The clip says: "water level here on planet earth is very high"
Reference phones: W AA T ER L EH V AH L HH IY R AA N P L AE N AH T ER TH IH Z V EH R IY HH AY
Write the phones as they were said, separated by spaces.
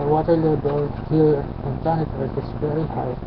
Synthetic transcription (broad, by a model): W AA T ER L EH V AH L HH IY R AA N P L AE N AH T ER T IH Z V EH R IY HH AY